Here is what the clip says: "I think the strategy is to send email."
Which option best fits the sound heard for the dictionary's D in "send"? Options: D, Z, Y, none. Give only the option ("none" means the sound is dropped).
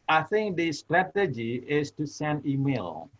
none